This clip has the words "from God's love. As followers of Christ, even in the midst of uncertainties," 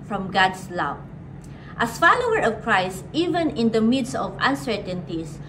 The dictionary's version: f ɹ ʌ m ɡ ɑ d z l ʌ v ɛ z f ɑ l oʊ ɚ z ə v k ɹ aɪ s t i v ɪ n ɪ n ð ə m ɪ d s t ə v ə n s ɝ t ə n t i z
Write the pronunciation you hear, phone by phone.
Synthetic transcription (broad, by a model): f ɹ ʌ m ɡ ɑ d s l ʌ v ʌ s f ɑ l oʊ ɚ ə v k ɹ aɪ s t i v ɪ n ɪ n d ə m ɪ d s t ə v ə n s ɝ t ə n t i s